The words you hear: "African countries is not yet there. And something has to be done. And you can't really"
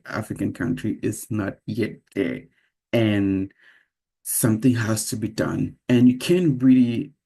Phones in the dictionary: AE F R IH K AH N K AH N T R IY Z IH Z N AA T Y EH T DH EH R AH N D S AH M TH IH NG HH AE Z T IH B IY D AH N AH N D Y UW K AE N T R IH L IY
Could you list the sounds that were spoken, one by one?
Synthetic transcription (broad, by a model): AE F R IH K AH N K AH N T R IY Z IH Z N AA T Y EH T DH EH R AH N S AH M TH IH NG HH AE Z T IH B IY D AH N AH N Y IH K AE N R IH L IY